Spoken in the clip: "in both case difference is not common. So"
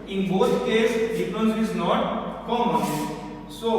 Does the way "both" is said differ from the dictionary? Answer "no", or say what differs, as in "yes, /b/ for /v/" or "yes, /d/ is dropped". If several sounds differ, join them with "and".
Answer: yes, /t/ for /θ/